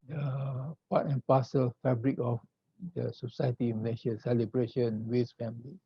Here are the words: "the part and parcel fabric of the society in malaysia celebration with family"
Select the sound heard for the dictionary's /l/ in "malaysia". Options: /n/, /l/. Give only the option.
/n/